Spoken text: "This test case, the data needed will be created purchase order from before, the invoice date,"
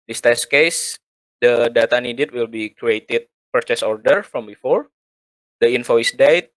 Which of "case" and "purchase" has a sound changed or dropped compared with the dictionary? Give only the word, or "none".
none